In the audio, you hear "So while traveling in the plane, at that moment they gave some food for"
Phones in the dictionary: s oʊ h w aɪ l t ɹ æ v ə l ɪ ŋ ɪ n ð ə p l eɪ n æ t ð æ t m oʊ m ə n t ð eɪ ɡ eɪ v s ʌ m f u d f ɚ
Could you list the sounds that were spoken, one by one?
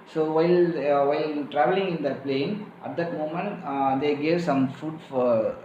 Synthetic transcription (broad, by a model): s oʊ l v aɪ l t ɹ æ v ə l ɪ ŋ ɪ n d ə p l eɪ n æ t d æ t m oʊ m ə n t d eɪ ɡ eɪ v s ʌ m f u d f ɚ